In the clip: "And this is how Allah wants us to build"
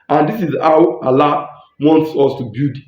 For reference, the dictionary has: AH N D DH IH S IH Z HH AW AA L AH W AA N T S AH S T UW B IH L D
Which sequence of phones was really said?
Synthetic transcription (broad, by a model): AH N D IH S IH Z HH AW AA L AH W AA N T S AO S T UW B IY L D